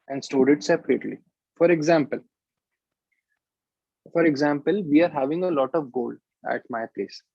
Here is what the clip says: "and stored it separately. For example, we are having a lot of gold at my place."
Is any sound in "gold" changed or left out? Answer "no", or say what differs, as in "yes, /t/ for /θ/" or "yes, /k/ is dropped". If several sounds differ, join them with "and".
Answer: no